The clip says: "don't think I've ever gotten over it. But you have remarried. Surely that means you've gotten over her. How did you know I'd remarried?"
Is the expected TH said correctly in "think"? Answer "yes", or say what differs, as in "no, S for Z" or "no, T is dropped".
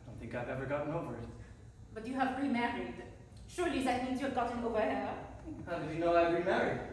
yes